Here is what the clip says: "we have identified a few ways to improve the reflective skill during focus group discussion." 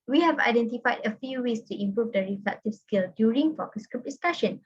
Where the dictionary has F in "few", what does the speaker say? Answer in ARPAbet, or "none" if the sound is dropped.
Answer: F